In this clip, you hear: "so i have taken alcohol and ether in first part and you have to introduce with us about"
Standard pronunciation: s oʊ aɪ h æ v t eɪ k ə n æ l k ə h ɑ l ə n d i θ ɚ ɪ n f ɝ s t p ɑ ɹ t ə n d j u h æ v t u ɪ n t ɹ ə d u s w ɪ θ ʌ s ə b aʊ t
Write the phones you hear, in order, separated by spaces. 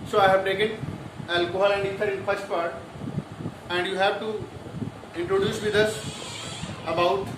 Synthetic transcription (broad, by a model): s oʊ aɪ h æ v t eɪ k ə n æ l k ə h ɑ l ə n d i t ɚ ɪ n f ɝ s t p ɑ ɹ t ə n d j u h æ v t u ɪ n t ɹ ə d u s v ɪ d ʌ s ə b aʊ t